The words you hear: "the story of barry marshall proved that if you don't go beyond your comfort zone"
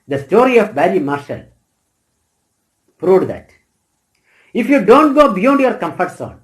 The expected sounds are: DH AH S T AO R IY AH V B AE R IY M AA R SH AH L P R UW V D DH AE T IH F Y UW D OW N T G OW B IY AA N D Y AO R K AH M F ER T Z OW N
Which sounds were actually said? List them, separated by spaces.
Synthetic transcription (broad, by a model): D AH S T AO R IY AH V B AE L IY M AA R SH AH L P R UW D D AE T IH F Y UW D OW N T G OW B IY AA N D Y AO R K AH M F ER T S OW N